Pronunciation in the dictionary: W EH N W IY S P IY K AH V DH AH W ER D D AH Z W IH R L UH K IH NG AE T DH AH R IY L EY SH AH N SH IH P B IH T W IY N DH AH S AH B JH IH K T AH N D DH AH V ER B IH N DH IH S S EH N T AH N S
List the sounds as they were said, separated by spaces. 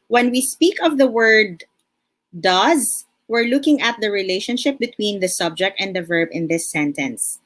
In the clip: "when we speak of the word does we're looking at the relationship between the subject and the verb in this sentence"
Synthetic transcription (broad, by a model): W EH N W IY S P IY K AH V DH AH W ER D D AH Z W IH R L UH K IH NG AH T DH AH R IY L EY SH AH N SH IH P B IH T W IY N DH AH S AH B JH IH K T AH N D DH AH V ER B IH N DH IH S S EH N T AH N S